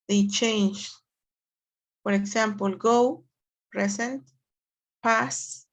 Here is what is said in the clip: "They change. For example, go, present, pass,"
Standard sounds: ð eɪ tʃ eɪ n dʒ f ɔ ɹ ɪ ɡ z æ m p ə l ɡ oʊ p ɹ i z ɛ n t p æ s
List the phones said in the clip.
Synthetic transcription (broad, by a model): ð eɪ tʃ eɪ n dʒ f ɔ ɹ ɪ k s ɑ m p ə l ɡ oʊ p ɹ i s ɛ n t p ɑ s